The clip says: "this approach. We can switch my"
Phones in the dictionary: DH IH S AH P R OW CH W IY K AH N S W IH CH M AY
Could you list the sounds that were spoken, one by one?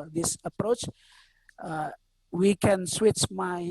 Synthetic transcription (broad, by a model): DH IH S AH P R OW CH W IY K AH N S W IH CH M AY